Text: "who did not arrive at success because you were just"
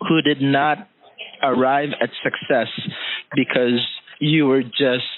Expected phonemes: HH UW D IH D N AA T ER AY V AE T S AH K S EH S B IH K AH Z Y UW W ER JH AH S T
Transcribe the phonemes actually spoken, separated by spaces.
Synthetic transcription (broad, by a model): HH UW D IH D N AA T ER AY V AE T S AH K S EH S B IH K AH Z Y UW W ER JH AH S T